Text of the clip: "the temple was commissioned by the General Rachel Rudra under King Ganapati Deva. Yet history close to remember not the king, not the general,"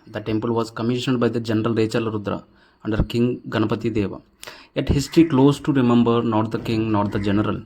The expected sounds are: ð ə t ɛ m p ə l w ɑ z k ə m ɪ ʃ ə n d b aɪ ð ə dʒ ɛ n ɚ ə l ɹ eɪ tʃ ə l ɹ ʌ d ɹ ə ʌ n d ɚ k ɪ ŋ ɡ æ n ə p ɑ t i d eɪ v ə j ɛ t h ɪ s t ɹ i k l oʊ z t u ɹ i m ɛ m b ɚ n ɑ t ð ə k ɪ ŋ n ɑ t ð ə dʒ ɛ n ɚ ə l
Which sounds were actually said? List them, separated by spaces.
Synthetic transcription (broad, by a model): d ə t ɛ m p ə l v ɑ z k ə m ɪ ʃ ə n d b aɪ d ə dʒ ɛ n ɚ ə l ɹ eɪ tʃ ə l ɹ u d ɹ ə ʌ n d ɚ k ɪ ŋ ɡ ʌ n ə p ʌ t i d eɪ v ə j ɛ t h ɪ s t ɹ i k l oʊ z t u ɹ i m ɛ m b ɚ n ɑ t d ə k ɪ ŋ n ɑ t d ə dʒ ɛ n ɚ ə l